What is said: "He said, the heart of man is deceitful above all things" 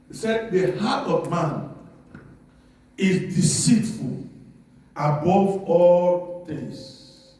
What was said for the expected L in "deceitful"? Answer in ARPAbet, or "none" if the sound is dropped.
L